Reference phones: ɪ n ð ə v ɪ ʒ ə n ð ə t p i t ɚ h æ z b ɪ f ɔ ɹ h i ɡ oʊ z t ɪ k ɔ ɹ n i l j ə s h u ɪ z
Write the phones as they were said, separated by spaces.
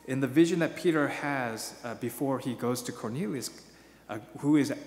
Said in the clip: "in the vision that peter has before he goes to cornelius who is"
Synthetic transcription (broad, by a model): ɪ n ð ə v ɪ ʒ ə n ð ə t p i t ɚ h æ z b ɪ f ɔ ɹ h i ɡ oʊ z t ɪ k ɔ ɹ n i l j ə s h u ɪ z